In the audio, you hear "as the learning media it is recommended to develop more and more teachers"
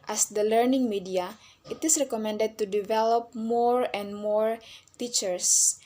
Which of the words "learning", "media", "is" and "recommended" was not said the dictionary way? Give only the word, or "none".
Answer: is